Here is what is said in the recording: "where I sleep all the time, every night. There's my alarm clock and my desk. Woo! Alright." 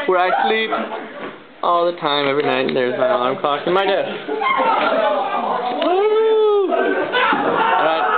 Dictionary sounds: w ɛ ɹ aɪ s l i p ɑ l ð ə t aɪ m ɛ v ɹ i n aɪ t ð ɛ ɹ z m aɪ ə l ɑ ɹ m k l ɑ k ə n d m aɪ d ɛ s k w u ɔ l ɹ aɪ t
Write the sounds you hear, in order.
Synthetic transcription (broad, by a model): w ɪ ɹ aɪ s l i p ɑ l ð ə t aɪ m ɛ v ɹ i n aɪ t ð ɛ ɹ z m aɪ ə ɑ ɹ m k l ɑ k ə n m aɪ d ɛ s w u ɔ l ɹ aɪ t